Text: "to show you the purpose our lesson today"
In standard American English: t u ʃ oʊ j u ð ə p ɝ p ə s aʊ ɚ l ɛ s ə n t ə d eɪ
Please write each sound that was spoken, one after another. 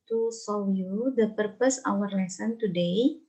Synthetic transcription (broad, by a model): t u s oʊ j u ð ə p ɝ p ə s aʊ ɚ l ɛ s ə n t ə d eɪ